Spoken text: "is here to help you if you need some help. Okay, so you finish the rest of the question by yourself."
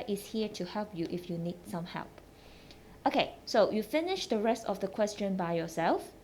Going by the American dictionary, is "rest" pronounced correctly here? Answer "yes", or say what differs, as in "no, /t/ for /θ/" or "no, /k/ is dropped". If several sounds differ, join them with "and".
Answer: yes